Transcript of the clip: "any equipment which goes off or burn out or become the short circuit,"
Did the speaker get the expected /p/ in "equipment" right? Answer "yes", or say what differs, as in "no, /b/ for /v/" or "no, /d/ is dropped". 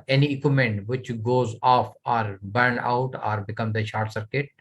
no, /p/ is dropped